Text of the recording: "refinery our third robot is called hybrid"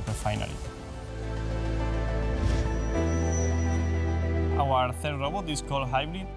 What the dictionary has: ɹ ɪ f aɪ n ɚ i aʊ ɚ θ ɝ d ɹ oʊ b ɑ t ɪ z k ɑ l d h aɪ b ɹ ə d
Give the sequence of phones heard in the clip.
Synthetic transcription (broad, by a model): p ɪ f aɪ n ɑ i aʊ ɚ θ ɝ d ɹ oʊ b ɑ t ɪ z k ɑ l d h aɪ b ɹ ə